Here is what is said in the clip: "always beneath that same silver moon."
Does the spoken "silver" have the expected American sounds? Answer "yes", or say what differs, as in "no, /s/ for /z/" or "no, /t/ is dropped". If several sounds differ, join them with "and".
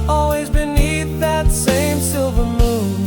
yes